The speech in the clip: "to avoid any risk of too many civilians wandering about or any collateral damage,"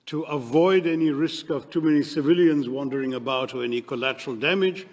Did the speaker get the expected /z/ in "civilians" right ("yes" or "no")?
yes